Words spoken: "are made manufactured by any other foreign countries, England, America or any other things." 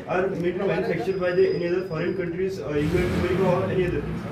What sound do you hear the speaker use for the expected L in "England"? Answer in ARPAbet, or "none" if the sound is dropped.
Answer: none